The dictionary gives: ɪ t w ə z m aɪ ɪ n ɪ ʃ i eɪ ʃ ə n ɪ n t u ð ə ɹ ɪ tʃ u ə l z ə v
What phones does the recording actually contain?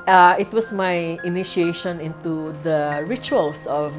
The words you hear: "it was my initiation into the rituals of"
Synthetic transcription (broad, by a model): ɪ t w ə s m aɪ ɪ n ɪ ʃ i eɪ ʃ ə n ɪ n t u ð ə ɹ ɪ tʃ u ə l s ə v